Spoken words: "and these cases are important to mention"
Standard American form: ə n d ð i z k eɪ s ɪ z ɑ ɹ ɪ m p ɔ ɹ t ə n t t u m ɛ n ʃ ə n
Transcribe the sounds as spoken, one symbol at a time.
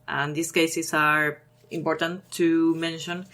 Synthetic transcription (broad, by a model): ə n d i s k eɪ s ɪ s ɑ ɹ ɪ m p ɔ ɹ t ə n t t u m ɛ n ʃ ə n